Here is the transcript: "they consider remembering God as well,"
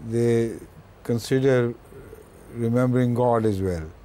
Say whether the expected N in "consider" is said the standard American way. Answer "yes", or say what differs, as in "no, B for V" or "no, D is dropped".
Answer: yes